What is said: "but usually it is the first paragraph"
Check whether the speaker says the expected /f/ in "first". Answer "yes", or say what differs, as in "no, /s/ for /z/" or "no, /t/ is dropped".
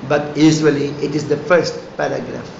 yes